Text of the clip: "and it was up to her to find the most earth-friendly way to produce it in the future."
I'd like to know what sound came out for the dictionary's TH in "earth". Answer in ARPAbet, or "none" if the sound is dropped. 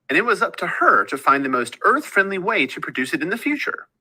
TH